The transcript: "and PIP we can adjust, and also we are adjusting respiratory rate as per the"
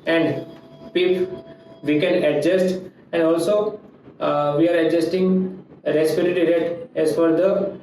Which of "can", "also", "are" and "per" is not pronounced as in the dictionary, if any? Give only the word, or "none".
per